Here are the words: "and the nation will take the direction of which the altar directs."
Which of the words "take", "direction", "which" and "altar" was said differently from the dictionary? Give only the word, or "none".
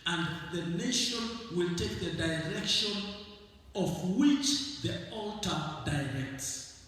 none